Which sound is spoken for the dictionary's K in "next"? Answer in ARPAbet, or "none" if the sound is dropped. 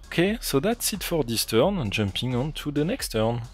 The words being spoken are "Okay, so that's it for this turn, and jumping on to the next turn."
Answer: K